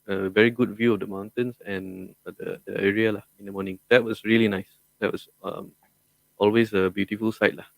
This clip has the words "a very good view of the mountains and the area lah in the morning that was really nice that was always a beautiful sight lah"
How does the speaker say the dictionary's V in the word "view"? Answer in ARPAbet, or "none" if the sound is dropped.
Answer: V